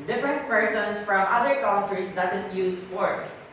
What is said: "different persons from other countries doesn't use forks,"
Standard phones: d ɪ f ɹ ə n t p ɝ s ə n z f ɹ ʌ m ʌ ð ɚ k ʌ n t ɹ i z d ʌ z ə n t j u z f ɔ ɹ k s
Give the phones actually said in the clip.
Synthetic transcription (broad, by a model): d ɪ f ɹ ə n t p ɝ s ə n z f ɹ ʌ m ʌ ð ɚ k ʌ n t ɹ i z d ʌ z ə n t j u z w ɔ ɹ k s